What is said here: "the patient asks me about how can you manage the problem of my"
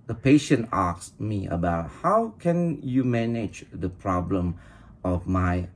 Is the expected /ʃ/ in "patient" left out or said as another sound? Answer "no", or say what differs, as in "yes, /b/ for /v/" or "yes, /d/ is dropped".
no